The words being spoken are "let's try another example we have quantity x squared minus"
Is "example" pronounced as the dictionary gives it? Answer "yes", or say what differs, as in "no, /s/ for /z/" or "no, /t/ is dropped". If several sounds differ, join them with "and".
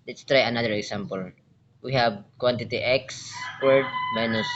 no, /s/ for /z/